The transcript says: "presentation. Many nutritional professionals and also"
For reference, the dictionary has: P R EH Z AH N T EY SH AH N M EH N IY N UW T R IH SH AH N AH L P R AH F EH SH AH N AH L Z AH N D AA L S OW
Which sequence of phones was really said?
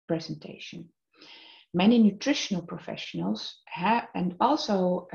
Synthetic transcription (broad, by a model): P R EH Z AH N T EY SH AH N M EH N IY N UW T R IH SH AH N AH L P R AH F EH SH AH N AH L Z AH N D AA L S OW